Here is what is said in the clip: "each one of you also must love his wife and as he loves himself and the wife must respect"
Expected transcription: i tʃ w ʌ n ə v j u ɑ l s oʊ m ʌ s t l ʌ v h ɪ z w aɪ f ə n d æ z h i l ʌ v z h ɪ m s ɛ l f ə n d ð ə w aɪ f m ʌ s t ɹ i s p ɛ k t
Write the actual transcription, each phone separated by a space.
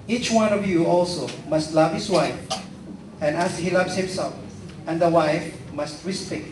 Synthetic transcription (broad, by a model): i tʃ w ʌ n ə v j u ɑ l s oʊ m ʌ s t l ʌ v h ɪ s w aɪ f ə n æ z h i l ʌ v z h ɪ m s ɛ l f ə n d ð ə w aɪ f m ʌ s t ɹ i s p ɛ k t